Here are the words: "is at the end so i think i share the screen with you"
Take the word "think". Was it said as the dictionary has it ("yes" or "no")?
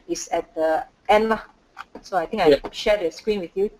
no